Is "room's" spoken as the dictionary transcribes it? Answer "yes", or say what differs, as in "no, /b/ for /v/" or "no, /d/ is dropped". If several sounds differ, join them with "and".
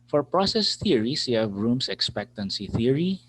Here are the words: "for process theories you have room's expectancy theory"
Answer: no, /s/ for /z/